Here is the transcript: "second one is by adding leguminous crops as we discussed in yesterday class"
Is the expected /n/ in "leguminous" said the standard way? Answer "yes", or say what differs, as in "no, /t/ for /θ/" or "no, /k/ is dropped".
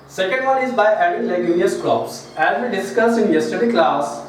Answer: no, /n/ is dropped